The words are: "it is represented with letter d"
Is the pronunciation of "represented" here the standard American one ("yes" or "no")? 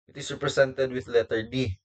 no